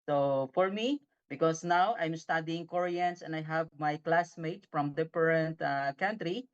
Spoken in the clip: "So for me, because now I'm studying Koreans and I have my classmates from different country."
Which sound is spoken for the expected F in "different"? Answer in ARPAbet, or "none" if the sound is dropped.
P